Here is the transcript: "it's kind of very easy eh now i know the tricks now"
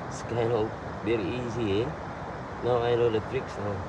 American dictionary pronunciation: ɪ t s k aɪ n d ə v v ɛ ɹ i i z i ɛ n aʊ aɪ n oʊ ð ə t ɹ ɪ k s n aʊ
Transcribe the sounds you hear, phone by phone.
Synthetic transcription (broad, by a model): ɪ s k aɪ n ə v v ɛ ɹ i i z i ɛ n aʊ aɪ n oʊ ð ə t ɹ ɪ k s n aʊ